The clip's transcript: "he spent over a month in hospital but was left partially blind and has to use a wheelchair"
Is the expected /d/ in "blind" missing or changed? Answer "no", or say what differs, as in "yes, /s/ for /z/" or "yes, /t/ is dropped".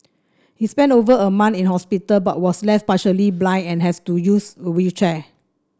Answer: yes, /d/ is dropped